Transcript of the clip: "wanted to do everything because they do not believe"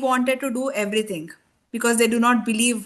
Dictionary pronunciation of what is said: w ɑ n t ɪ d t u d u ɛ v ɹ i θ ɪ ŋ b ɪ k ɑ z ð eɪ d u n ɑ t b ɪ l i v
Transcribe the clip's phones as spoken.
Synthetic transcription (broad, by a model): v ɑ n t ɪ d t u d u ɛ v ɹ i t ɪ ŋ b ɪ k ɑ z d eɪ d u n ɑ t b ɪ l i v